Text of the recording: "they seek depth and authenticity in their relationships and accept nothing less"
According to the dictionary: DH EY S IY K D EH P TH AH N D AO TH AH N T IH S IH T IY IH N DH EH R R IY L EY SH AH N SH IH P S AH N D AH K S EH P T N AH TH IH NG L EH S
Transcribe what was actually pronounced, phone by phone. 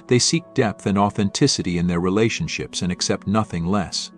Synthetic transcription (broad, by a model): DH EY S IY K D EH P TH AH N AO TH AH N T IH S IH T IY IH N DH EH R R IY L EY SH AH N SH IH P S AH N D AH K S EH P T N AH TH IH NG L EH S